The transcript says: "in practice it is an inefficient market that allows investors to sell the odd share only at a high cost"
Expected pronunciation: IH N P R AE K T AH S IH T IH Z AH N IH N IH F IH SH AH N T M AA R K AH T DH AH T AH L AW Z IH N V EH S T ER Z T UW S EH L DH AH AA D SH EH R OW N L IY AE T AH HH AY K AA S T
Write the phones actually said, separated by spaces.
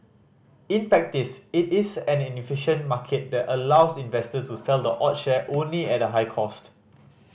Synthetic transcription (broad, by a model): IH N P R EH K T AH S IH T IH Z AH N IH N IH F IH SH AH N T M AA K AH T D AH T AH L AW S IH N V EH S T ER T UW S EH L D AH AA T SH EH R OW N L IY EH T AH HH AY K AA S T